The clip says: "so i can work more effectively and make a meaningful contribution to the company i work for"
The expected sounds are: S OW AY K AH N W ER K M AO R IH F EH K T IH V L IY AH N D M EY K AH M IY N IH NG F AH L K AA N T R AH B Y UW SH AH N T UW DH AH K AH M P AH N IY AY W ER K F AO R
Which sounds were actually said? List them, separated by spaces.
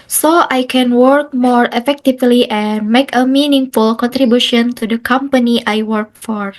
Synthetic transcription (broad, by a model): S OW AY K AH N W ER K M AO R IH F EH K T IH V L IY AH N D M EY K AH M IY N IH NG F AH L K AA N T R AH B Y UW SH AH N T UW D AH K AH M P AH N IY AY W ER K F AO R